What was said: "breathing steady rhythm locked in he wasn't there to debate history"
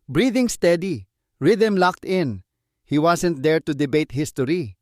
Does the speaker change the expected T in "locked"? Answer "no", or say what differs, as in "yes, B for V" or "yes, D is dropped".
no